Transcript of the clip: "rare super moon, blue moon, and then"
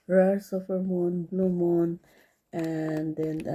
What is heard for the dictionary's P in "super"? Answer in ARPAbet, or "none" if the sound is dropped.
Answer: F